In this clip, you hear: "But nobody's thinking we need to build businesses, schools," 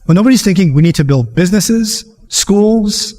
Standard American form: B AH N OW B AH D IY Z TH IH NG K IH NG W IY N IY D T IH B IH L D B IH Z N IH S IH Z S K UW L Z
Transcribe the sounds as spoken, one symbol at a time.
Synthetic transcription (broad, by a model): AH N OW B AH D IY Z TH IH NG K IH NG W IY N IY D T IH B IH L D B IH Z N IH S IH Z S K UW L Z